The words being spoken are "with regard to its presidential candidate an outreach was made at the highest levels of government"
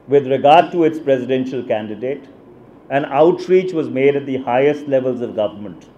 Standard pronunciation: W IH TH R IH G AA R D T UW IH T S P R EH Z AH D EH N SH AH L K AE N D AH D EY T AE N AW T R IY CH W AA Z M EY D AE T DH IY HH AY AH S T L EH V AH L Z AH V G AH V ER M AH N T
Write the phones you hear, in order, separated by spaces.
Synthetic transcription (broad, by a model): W IH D R IH G AA R D T UW IH T S P R EH Z AH D EH N SH AH L K AE N D AH D EY T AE N AW T R IY CH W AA Z M EY D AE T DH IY HH AY AH S T L EH V AH L Z AH V G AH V ER M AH N T